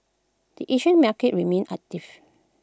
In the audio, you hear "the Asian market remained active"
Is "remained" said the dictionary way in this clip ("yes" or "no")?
no